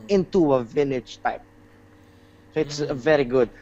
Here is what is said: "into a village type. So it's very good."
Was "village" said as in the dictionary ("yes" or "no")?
no